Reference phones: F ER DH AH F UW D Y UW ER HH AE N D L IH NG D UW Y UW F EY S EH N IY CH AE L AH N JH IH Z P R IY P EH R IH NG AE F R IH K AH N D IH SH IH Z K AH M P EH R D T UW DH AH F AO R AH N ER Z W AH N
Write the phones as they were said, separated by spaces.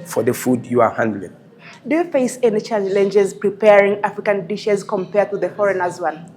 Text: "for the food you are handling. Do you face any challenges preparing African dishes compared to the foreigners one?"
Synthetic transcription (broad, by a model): F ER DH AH F UW D Y UW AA HH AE N D L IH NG D UW Y UW F EY S EH N IY CH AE L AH N JH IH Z P R IY P EH R IH NG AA F R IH K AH N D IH SH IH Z K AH M P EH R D T UW DH AH F AO R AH N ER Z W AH N